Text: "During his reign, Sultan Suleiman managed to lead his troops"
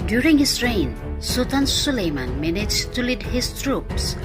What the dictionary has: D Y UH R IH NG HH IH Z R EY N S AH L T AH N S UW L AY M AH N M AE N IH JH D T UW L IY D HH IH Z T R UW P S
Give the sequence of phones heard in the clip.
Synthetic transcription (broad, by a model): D Y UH R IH NG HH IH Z R EY N S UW T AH N S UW L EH M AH N M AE N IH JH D T UW L IY D HH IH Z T R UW P S